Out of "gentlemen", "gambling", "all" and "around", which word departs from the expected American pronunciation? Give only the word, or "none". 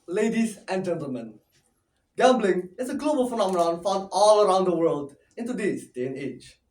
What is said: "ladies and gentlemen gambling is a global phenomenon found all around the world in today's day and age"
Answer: none